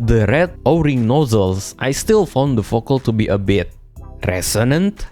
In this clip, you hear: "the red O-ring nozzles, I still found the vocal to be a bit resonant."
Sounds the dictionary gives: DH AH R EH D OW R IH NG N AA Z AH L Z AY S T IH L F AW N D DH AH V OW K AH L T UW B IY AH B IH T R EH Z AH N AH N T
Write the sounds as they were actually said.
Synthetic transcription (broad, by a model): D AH R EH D OW R IH NG N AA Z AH L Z AY S T IH L F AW N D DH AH F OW K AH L T UW B IY AH B IH T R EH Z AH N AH N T